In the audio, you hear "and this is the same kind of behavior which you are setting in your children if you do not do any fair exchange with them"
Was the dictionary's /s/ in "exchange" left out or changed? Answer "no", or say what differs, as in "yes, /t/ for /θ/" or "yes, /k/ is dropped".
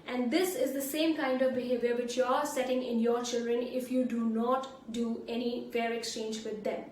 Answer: no